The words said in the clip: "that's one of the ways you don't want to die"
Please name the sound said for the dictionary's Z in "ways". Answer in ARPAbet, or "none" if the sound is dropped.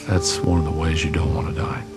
Z